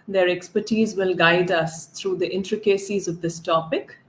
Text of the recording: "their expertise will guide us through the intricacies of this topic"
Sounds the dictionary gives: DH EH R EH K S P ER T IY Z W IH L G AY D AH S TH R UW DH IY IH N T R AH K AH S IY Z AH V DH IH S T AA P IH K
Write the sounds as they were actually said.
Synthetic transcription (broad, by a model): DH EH R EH K S P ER T IY Z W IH L G AY D AH S T R UW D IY IH N T R AH K AH S IY Z AH V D IH S T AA P IH K